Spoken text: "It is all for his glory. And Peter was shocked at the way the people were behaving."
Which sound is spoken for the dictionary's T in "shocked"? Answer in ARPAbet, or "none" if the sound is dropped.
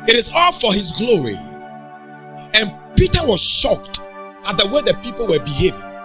T